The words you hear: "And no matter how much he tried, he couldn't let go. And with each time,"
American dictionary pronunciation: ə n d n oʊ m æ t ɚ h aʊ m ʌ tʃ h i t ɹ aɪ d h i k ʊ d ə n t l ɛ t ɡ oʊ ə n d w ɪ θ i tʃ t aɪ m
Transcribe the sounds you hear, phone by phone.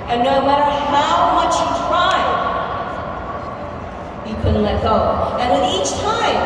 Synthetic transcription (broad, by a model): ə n n oʊ m æ t ɚ h aʊ m ʌ tʃ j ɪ t ɹ aɪ d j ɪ k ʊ d n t l ɛ t ɡ oʊ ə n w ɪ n i tʃ t aɪ m